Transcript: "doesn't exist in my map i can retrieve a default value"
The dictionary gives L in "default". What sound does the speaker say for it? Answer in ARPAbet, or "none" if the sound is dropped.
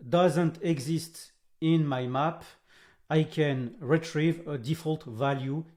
L